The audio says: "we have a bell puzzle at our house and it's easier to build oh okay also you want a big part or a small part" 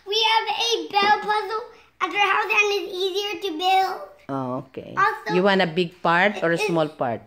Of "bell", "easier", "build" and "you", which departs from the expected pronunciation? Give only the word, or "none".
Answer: none